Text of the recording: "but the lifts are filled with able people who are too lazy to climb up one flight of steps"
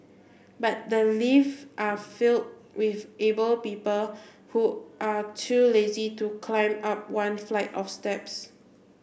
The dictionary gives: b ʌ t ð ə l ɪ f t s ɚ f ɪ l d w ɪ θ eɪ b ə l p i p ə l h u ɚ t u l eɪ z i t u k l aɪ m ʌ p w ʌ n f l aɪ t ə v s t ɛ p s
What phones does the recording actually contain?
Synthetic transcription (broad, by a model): b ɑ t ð ə l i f t ɑ f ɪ l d w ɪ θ eɪ b ə l p i p ə l h u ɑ t u l eɪ z i t u k l aɪ m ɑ p w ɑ n f l aɪ t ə f s t ɛ p s